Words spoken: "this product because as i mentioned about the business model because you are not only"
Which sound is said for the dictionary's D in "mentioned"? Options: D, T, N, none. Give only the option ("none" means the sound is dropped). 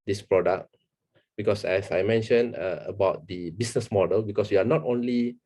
none